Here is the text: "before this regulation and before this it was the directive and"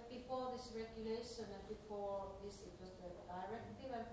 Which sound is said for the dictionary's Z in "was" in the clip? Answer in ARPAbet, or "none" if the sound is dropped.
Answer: S